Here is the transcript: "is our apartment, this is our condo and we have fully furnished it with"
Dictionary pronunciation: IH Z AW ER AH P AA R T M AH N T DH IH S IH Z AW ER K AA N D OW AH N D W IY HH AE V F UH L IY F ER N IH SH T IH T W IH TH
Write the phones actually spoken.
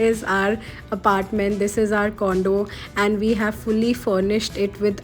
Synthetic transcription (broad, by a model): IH Z AW ER AH P AA R T M AH N T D IH S IH Z AW ER K AA N D OW AH N D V IY HH AE V F UH L IY F ER N IH SH T IH T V IH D